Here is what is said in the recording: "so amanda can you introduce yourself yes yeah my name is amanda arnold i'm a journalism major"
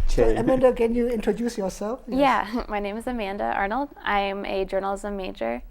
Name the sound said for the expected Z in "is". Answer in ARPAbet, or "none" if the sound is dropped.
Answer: Z